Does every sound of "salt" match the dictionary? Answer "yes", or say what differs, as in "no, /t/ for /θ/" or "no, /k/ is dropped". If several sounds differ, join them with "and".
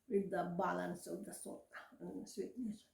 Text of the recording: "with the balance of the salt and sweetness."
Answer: no, /l/ is dropped